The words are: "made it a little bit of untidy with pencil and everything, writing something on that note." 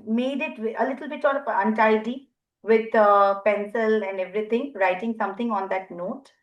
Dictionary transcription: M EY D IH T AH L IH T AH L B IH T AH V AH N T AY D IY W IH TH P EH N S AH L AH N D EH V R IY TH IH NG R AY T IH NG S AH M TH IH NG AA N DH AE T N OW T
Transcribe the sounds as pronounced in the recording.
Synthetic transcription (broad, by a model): M EY D IH T AH L IH T AH L B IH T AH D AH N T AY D IY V IH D P EH N S AH L AH N D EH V R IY T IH NG R AY T IH NG S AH M T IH NG AA N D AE T N OW T